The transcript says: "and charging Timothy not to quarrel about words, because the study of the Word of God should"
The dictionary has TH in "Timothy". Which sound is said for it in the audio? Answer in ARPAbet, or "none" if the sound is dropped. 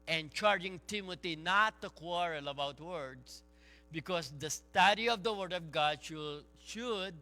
T